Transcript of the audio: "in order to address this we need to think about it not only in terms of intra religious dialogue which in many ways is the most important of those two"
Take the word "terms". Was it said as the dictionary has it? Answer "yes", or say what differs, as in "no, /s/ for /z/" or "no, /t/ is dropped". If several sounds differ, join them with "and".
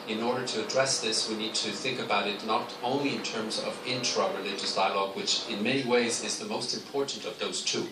yes